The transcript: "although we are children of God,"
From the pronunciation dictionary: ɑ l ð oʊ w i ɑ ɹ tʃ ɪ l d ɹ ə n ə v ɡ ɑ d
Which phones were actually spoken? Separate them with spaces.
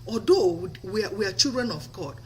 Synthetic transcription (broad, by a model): ɑ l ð oʊ w i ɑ w tʃ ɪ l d ɹ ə n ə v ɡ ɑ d